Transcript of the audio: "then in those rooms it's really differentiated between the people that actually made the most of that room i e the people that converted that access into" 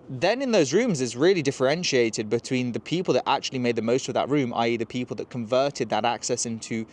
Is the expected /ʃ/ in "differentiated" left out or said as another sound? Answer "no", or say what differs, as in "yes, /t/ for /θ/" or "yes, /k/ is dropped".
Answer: no